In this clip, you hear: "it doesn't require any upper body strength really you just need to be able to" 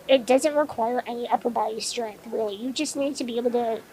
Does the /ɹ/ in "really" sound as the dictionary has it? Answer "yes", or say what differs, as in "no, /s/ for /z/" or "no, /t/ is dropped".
no, /w/ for /ɹ/